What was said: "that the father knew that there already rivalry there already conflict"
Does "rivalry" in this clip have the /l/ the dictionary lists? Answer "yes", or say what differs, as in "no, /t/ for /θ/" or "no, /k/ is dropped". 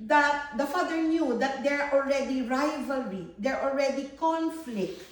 yes